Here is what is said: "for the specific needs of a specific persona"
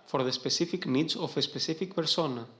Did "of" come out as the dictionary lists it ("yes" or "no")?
no